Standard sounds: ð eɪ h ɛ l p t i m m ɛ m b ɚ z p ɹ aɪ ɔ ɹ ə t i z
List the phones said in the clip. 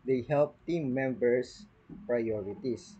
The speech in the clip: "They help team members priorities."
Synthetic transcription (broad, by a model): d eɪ h ɛ l p t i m m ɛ m b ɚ s p ɹ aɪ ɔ ɹ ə t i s